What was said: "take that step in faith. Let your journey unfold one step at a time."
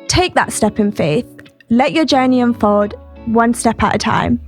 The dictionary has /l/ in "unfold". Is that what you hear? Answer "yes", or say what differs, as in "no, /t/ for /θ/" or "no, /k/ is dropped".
no, /l/ is dropped